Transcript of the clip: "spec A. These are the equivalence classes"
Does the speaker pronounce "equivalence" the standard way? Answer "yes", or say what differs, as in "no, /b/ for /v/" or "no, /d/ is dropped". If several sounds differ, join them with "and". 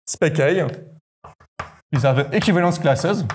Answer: no, /n/ is dropped